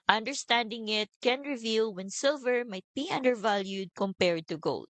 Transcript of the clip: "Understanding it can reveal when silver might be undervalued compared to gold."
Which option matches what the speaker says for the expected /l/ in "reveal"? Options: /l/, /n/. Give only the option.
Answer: /l/